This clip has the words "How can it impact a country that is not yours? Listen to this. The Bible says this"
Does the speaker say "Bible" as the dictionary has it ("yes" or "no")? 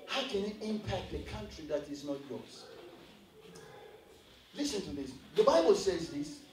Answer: yes